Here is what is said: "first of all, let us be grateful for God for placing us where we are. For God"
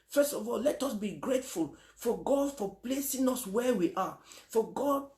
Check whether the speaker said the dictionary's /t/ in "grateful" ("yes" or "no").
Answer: yes